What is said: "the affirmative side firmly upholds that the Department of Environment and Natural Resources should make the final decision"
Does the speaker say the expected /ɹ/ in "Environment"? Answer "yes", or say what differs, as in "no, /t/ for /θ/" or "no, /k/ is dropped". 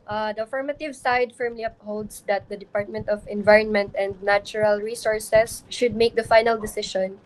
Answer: yes